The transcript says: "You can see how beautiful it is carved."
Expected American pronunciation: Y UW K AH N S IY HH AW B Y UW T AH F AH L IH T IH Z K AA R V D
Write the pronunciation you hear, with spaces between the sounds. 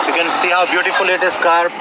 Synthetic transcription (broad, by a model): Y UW K AH N S IY HH AW B Y UW T AH F AH L IH T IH S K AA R D